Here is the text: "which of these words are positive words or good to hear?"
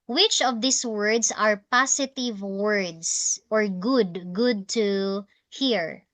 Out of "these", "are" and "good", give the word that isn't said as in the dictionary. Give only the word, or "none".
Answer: these